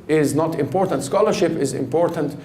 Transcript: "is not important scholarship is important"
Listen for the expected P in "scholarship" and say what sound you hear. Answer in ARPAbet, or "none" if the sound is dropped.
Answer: P